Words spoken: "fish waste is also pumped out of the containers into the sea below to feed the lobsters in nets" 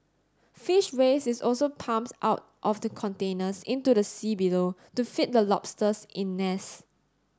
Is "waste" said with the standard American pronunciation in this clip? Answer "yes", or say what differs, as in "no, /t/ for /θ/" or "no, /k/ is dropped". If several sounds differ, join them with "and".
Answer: no, /t/ is dropped